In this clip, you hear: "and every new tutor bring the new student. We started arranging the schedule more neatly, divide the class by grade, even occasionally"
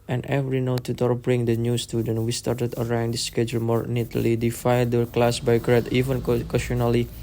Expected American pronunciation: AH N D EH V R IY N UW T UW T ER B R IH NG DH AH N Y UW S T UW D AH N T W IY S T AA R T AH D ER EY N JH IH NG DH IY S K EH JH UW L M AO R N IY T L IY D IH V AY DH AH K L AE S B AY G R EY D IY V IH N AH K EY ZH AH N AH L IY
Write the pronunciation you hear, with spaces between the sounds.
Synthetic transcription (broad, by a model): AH N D EH V R IY N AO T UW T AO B R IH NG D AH N Y UW S T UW D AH N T W IY S T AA R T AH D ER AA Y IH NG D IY S K EH JH UW L M AO R N IY T L IY D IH F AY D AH K L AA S B AY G R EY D IY V IH N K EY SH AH N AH L IY